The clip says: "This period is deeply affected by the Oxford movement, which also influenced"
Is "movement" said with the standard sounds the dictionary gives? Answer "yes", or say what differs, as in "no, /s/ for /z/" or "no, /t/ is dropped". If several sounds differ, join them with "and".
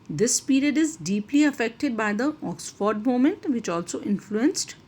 no, /v/ is dropped